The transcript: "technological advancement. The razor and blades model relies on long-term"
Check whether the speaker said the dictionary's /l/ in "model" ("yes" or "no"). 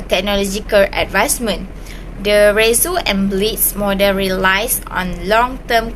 no